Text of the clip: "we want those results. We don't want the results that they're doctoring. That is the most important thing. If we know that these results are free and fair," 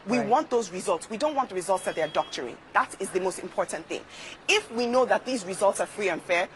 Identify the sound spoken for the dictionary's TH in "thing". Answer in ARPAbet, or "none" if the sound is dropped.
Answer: TH